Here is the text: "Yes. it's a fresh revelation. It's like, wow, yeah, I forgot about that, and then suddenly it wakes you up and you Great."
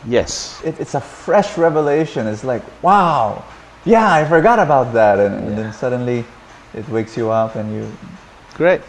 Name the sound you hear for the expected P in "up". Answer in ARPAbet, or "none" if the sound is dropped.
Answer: P